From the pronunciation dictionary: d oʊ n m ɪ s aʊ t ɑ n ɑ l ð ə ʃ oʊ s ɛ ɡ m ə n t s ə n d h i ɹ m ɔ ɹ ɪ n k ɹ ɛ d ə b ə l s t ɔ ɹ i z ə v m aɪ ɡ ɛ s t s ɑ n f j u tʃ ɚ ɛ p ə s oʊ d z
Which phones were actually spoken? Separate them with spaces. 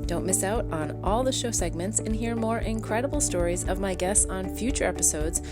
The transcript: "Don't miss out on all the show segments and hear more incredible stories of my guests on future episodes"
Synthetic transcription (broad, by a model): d oʊ n m ɪ s aʊ t n ɑ l ð ə ʃ oʊ s ɛ ɡ m ə n t s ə n h i ɹ m ɔ ɹ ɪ n k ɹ ɛ d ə b l s t ɔ ɹ i z ə v m aɪ ɡ ɛ s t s n f j u tʃ ɚ ɛ p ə s oʊ d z